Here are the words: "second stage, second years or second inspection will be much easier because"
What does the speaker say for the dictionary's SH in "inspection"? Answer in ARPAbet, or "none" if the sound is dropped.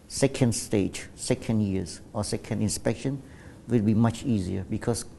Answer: SH